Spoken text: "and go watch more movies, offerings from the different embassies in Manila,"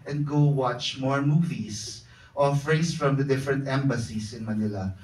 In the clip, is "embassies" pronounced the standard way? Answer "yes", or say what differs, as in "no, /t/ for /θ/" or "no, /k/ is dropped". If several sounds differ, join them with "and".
no, /s/ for /z/